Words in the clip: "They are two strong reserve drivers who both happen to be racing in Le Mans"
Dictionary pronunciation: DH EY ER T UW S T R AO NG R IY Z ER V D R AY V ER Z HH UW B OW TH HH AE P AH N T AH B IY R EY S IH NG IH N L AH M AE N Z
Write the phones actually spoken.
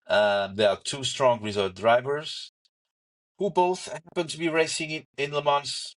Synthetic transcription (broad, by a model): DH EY ER T UW S T R AO NG R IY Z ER D R AY V ER Z HH UW B OW TH HH AE P AH N T AH B IY R EY S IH NG IH N L AH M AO N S